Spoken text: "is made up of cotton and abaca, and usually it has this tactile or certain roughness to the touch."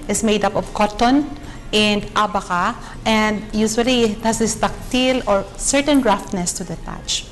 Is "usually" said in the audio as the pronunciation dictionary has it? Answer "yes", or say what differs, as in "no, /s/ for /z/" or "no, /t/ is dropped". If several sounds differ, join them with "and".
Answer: no, /s/ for /ʒ/